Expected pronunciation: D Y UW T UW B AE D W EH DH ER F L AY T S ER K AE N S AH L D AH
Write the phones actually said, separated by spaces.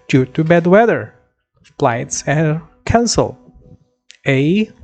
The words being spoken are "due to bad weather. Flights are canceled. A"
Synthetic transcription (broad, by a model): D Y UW T UW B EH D W EH DH ER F L AY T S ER K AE N S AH L AH